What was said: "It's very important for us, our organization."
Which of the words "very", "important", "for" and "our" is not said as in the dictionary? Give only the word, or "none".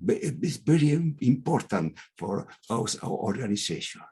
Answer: our